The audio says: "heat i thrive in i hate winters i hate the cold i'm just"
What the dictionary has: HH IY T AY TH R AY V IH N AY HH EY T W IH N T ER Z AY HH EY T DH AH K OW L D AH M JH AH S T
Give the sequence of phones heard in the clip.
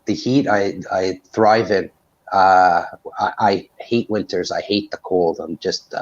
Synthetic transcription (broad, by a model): HH IY T AY TH R AY V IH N AY HH EY T W IH N T ER Z AY HH EY T DH AH K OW L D AH M JH AH S T